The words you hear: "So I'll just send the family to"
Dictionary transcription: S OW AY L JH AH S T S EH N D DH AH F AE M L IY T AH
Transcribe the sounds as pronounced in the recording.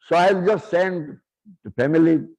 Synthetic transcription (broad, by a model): S OW AY L JH AH S T S EH N D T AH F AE M IY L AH